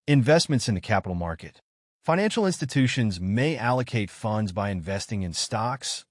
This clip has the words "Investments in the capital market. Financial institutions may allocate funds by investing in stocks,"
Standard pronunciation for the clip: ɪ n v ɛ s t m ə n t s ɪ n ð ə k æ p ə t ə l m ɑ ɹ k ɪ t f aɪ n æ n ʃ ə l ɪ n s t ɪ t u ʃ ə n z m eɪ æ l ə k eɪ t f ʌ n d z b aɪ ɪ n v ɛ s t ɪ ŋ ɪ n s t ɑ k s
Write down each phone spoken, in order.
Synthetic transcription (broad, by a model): ɪ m v ɛ s t m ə n t s ɪ n ð ə k æ p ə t l m ɑ ɹ k ɪ t f aɪ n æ n ʃ l ɪ n s t ɪ t u ʃ ə n z m eɪ æ l ə k eɪ t f ʌ n d z b aɪ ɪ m v ɛ s t ɪ ŋ ɪ n s t ɑ k s